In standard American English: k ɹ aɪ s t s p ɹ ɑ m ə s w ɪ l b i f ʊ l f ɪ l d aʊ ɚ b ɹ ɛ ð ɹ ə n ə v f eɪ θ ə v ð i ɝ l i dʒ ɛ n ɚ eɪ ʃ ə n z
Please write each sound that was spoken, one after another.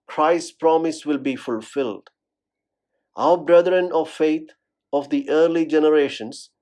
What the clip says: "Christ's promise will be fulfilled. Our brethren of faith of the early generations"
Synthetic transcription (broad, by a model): k ɹ aɪ s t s p ɹ ɑ m ə s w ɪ l b i f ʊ l f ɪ l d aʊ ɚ b ɹ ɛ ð ɹ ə n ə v f eɪ t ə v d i ɝ l i dʒ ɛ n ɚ eɪ ʃ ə n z